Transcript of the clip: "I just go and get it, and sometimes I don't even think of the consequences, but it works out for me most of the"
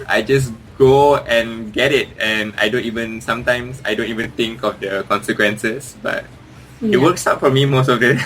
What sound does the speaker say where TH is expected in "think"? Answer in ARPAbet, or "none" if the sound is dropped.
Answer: T